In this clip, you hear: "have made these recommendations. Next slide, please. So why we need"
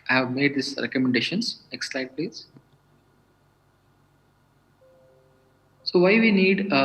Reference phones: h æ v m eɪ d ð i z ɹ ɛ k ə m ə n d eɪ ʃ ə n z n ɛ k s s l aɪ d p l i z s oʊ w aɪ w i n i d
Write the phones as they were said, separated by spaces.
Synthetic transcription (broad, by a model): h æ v m eɪ d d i s ɹ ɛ k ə m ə n d eɪ ʃ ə n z n ɛ k s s l aɪ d p l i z s oʊ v aɪ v i n i d